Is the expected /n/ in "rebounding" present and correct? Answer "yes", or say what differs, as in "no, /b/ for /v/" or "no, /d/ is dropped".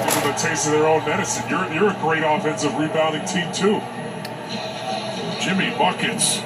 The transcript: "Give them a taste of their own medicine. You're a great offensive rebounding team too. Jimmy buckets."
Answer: no, /n/ is dropped